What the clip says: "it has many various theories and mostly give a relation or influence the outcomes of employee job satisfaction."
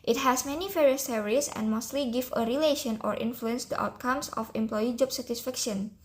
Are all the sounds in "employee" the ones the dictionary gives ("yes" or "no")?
yes